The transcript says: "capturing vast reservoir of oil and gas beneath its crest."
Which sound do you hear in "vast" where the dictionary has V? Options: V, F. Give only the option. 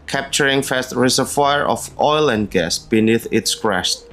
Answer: F